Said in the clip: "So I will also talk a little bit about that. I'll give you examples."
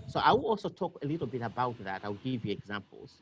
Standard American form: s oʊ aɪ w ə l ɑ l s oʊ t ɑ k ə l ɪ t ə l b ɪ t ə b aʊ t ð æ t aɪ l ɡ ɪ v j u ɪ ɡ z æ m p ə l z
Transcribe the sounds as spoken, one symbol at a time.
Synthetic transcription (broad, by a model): s oʊ aɪ w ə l ɑ l s oʊ t ɑ k ə l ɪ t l b ɪ t ə b aʊ t ð æ t aɪ w ɡ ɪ v j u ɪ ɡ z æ m p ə l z